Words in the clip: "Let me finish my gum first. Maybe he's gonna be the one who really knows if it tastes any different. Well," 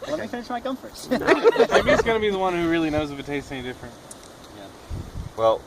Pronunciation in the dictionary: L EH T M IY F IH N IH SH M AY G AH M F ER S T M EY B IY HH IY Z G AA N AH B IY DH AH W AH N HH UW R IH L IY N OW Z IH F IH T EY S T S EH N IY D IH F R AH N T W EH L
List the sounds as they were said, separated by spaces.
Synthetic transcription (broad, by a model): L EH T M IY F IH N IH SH M AY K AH M F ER T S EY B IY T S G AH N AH B IY DH AH W AH N HH UW R IH L IY N OW Z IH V IH T EY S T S EH N IY D IH F R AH N T W EH L